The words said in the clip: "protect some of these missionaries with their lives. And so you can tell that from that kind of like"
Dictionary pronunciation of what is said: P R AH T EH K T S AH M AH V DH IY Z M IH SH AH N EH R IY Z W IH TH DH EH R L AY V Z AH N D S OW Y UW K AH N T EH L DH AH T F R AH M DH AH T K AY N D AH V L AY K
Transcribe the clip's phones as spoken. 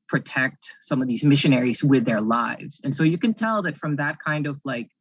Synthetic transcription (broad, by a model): P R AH T EH K T S AH M AH V DH IY Z M IH SH AH N EH R IY Z W IH DH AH R L AY V Z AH N S OW Y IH K AH N T EH L DH AH T F R AH M DH AH T K AY N D AH V L AY K